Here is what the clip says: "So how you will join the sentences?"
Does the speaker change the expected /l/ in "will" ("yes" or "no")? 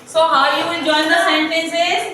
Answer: yes